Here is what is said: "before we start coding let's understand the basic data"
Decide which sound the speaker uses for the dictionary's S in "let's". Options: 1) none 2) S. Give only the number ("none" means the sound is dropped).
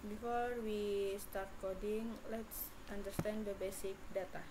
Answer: 2